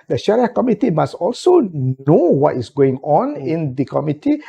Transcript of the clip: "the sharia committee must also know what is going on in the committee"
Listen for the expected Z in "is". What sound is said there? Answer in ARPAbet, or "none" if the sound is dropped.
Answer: S